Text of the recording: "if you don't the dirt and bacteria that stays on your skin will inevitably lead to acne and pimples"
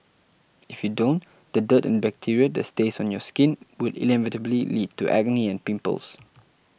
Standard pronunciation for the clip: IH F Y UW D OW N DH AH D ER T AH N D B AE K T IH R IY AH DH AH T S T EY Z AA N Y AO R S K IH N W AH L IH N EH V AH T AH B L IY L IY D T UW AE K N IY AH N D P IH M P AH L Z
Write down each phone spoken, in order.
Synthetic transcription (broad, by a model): IH F Y UW D OW N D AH D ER T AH N B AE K T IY R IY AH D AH T S T EY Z AA N Y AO S K IH N W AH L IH L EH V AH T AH B L IY L IY D T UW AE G N IY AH N P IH M P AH L S